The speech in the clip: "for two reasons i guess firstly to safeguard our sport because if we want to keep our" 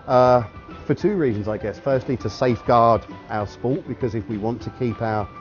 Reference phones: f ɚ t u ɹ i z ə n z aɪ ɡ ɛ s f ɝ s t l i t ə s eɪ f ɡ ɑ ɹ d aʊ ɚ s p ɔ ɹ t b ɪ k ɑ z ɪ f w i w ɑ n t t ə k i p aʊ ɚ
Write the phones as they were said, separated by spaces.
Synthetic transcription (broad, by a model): f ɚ t u ɹ i z ə n z aɪ ɡ ɛ s f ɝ s t l i t ə s eɪ f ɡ ɑ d aʊ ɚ s p ɔ t b ɪ k ɑ z ɪ f w i w ɑ n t t ə k i p aʊ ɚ